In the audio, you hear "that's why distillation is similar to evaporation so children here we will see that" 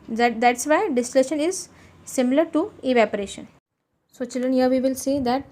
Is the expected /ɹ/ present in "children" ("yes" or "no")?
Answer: no